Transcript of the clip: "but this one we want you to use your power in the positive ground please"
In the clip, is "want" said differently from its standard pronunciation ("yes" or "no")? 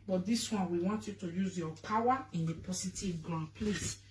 no